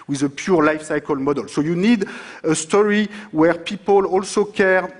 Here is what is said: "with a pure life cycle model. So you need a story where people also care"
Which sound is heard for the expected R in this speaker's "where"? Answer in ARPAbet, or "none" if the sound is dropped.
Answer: R